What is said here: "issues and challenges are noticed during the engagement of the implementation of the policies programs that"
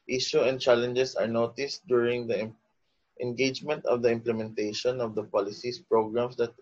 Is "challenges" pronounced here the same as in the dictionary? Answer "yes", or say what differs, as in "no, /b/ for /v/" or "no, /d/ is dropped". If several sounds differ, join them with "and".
no, /s/ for /z/